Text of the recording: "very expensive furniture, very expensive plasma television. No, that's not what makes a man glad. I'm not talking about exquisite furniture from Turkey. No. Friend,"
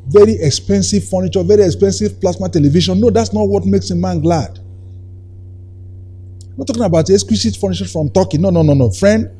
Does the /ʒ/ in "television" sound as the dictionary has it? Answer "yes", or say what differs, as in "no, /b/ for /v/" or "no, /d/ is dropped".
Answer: no, /ʃ/ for /ʒ/